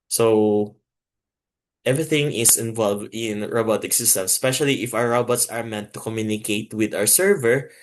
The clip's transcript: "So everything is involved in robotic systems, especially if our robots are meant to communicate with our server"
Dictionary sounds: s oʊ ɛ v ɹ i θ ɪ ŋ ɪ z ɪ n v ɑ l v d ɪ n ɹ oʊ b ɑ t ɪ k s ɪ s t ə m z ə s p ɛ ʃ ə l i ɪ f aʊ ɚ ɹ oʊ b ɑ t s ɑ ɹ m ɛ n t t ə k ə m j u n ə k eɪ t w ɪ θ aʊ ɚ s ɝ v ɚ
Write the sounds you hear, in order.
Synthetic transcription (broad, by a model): s oʊ ɛ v ɹ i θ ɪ ŋ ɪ s ɪ n v ɑ l v d ɪ n ɹ oʊ b ɑ t ɪ k s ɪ s t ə m s p ɛ ʃ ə l i ɪ f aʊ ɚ ɹ oʊ b ɑ t s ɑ ɹ m ɛ n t t ə k ə m j u n ə k eɪ t w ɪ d aʊ ɚ s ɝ v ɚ